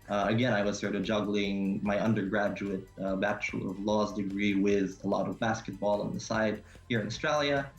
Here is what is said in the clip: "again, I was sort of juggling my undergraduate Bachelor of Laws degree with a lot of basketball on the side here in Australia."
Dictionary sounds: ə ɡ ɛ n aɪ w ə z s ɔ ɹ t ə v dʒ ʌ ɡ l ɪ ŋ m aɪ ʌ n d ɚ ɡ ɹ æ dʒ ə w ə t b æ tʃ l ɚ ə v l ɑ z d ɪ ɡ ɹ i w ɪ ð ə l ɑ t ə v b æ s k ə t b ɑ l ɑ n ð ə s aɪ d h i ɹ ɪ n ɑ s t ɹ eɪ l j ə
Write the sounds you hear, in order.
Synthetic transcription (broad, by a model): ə ɡ ɛ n aɪ w ə z s ɔ ɹ t ə v dʒ ʌ ɡ l ɪ ŋ m aɪ ʌ n d ɚ ɡ ɹ æ dʒ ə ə t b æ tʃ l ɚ ə v l ɑ z d ɪ ɡ ɹ i w ɪ ð ə l ɑ t ə v b æ s k ə t b ɑ l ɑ n ð ə s aɪ d h i ɹ ɪ n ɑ s t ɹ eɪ l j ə